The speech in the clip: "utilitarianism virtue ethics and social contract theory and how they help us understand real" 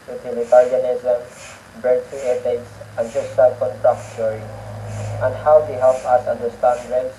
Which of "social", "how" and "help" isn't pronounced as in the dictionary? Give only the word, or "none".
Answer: social